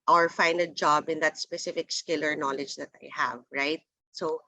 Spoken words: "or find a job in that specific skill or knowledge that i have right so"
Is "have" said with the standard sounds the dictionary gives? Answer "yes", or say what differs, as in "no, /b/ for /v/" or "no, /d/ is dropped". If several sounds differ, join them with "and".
yes